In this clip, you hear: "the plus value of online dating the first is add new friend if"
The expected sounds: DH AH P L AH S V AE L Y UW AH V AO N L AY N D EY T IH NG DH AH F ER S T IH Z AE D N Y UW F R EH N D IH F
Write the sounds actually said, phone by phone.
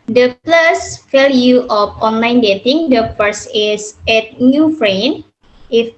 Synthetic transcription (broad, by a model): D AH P L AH S F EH L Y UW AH F AO N L AY N D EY T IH NG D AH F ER S IH S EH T N Y UW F R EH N IH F